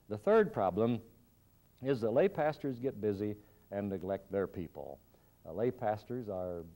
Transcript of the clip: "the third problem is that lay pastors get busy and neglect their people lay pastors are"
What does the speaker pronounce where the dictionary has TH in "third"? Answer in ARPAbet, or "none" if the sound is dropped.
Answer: TH